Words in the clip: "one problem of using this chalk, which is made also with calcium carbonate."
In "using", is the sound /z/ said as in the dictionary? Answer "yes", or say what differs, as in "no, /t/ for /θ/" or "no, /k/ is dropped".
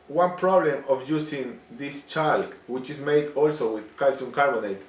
no, /s/ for /z/